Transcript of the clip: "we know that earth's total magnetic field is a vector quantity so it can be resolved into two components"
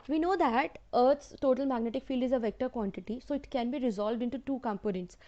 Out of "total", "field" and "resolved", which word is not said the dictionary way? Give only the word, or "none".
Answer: none